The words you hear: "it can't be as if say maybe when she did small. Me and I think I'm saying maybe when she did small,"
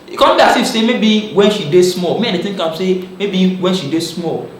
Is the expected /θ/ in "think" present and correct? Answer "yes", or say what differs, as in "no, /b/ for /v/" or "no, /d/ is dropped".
no, /t/ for /θ/